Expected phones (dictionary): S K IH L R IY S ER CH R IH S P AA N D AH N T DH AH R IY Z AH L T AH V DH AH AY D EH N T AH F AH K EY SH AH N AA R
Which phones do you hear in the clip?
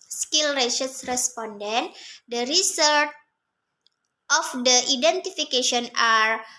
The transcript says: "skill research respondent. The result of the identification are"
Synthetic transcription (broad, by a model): S K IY L R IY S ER S R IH S P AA N D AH N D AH R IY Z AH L T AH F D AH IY D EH N T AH F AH K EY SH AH N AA R